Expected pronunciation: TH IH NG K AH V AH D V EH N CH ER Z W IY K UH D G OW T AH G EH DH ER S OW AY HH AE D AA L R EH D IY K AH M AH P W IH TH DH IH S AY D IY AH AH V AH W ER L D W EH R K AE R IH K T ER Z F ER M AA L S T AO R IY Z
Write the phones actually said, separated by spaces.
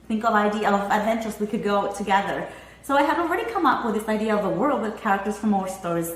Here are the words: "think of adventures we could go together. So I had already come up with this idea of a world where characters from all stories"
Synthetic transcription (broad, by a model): TH IH NG K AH V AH D V EH N CH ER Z W IY K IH D G OW T AH G EH DH ER S OW AY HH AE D AA L R EH D IY K AH M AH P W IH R DH IH S AY D IY AH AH V AH W ER L D W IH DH K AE R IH K T ER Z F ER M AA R S T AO R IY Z